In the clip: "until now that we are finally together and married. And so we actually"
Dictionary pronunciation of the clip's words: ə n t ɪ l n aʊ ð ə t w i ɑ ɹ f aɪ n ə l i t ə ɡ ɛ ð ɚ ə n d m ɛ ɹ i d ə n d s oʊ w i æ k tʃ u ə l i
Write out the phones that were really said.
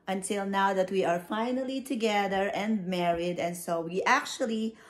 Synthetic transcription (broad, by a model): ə n t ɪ l n aʊ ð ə t w i ɑ ɹ f aɪ n ə l i t ə ɡ ɛ ð ɚ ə n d m ɛ ɹ i d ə n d s oʊ w i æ k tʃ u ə l i